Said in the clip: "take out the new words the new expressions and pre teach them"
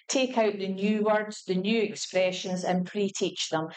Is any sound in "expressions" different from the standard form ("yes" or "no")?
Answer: no